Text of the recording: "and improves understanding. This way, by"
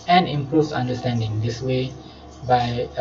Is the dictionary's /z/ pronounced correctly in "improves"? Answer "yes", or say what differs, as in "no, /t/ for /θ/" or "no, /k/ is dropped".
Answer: no, /z/ is dropped